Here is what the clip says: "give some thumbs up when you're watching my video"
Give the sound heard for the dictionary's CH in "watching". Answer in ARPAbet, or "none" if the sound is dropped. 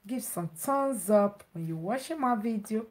SH